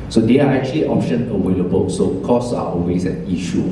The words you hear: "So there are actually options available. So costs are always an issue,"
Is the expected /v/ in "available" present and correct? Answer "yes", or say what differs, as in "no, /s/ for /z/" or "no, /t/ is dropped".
no, /w/ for /v/